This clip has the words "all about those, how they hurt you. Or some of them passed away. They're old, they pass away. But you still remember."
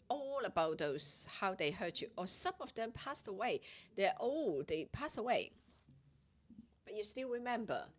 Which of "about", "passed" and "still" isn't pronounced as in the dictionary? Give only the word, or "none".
none